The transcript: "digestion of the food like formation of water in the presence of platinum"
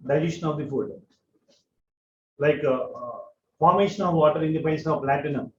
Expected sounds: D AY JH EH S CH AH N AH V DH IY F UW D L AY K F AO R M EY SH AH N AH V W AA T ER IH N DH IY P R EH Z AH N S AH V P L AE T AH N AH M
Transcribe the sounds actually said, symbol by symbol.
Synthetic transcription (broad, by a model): D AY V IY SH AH N AH V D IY F UW D L AY K F AO R M EY SH AH N AH V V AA T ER IH N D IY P EH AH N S AH V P L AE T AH N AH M